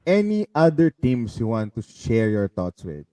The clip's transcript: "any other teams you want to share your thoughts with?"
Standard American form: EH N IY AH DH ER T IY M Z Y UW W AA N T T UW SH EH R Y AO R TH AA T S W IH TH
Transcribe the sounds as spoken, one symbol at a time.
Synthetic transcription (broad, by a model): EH N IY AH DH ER T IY M S Y UW W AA N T T UW SH EH R Y AO R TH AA T S W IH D